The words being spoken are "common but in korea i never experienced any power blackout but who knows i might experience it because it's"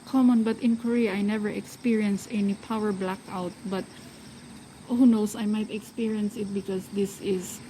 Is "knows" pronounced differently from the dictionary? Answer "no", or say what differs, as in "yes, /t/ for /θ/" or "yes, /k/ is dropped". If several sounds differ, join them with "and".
yes, /s/ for /z/